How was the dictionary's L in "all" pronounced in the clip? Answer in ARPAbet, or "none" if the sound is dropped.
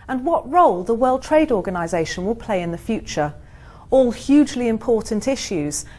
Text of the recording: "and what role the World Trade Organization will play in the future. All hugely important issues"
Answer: L